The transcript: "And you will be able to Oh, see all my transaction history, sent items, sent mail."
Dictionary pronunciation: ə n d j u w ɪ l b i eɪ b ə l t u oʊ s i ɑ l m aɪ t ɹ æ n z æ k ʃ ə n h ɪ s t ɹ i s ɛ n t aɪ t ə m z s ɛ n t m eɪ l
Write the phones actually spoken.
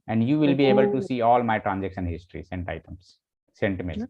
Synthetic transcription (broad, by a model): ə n d j u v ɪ l b i eɪ b ə l t u s i ɑ l m aɪ t ɹ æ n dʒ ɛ k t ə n h ɪ s t ɹ i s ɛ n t aɪ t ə m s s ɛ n t m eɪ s